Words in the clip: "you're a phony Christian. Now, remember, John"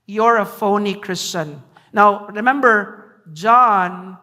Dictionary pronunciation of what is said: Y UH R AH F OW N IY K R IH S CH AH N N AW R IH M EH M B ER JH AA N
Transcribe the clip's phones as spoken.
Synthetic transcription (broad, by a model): Y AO R AH F OW N IY K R IH S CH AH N N AW R IH M EH M B ER JH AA N